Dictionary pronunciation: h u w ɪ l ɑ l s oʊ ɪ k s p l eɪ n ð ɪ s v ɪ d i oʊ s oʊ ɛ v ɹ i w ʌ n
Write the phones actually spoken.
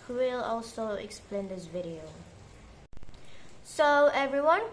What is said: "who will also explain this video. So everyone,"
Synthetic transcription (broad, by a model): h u w ɪ l ɑ l s oʊ ɪ k s p l eɪ n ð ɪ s v ɪ d i oʊ s oʊ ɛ v ɹ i w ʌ n